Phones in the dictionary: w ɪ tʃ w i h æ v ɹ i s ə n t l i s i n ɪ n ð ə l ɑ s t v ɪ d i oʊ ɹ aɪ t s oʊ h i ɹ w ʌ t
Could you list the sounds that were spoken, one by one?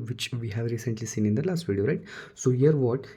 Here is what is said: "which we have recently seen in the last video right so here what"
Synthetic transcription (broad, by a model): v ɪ tʃ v i h æ v ɹ i s ə n t l i s i n ɪ n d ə l ɑ s t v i d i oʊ ɹ aɪ t s oʊ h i ɹ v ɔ t